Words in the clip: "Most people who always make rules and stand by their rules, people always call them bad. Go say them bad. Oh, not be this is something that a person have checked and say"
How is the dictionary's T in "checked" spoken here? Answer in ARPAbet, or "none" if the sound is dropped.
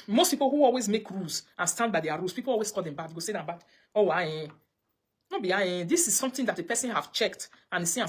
T